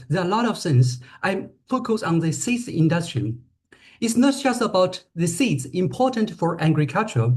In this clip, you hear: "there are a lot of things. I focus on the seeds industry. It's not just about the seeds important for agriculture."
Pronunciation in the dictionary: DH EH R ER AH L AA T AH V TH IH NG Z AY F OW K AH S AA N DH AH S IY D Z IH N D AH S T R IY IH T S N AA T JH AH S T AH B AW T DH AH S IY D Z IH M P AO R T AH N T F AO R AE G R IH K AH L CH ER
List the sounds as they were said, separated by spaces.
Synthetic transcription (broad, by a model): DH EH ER AH L AA T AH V S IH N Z AY F OW K AH S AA N DH AH S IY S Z IH N D AH S T R IY IH T S N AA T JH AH S T AH B AW T DH AH S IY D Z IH M P AO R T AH N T F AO R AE G R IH K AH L CH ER